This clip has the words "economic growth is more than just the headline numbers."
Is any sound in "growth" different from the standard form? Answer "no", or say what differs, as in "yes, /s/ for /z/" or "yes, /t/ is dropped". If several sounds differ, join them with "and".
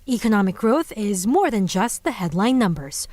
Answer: no